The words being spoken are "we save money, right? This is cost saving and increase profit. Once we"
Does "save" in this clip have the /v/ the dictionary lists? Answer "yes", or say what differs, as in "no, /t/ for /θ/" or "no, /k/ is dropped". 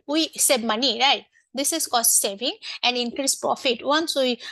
no, /b/ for /v/